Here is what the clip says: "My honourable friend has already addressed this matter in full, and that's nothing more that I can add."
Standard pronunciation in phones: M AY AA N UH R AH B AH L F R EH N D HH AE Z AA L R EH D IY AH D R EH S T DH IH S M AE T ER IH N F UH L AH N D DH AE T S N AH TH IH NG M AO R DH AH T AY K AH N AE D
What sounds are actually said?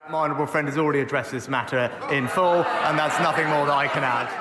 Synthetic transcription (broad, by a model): M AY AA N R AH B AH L F R EH N D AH Z AA L R EH D IY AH D R EH S DH IH S M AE T ER IH N F UH L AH N DH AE T S N AH TH IH NG M AO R DH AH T AY K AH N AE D